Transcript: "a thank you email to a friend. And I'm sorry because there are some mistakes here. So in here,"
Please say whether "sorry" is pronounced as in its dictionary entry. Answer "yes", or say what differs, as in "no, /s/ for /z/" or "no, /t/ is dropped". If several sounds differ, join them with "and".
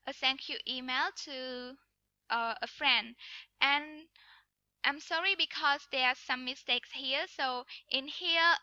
yes